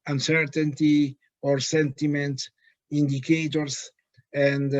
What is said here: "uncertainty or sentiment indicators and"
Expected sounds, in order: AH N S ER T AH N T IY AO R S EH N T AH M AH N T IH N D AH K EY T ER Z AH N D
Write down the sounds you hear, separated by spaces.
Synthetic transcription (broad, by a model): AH N S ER T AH N T IY AO R S EH N T AH M AH N T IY N D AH K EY T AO S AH N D